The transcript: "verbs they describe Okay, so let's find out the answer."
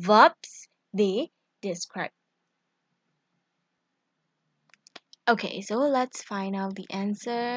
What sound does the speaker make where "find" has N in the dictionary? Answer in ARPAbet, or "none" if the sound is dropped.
N